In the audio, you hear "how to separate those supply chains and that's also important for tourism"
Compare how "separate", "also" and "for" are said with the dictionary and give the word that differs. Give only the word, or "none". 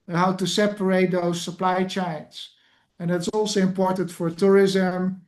none